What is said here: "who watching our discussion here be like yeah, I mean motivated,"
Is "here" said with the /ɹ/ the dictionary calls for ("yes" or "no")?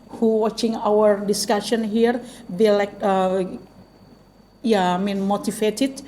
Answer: yes